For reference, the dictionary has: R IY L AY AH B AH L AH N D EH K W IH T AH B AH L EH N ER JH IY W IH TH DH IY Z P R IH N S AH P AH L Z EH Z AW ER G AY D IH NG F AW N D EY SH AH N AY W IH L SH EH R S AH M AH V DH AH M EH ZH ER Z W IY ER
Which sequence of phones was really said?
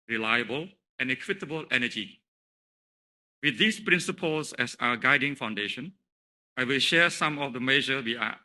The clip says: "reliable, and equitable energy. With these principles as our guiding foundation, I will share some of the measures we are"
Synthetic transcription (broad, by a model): R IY L AY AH B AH L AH N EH K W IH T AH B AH L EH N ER JH IY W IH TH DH IY S P R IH N S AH P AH L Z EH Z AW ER G AY D IH NG F AW N D EY SH AH N AY W IH L SH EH S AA M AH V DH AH M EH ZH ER W IY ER